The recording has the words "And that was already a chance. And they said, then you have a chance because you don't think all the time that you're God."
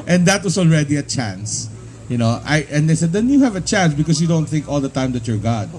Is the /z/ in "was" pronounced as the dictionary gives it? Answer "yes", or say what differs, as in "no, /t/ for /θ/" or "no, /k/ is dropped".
no, /s/ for /z/